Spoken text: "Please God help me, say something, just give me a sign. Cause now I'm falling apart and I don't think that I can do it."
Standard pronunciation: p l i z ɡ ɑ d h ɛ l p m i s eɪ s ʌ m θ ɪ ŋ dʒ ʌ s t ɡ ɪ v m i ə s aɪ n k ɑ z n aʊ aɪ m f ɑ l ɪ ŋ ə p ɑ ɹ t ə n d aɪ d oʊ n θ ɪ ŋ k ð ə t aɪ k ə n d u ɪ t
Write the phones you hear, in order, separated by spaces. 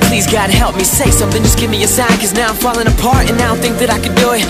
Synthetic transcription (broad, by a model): p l i z ɡ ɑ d h ɛ l p m i s eɪ s ʌ m θ ɪ ŋ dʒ ʌ s ɡ ɪ v m i ə s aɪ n k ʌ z n aʊ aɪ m f ɑ l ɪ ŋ ə p ɑ ɹ t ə n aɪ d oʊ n θ ɪ ŋ k ð ə t aɪ k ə d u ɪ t